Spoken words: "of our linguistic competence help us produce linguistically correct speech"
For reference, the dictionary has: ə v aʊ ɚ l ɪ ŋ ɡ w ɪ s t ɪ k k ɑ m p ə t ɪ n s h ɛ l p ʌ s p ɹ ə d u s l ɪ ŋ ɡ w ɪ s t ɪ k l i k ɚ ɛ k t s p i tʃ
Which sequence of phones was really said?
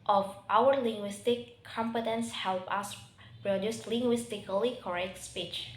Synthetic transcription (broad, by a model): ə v aʊ ɚ l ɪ ŋ ɡ w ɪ s t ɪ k k ɑ m p ə t ɪ n s h ɛ l p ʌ s p ɹ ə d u s l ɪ ŋ ɡ w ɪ s t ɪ k l i k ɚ ɛ k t s p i tʃ